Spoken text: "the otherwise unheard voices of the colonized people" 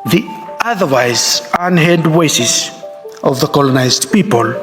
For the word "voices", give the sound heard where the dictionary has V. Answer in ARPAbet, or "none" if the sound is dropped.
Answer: W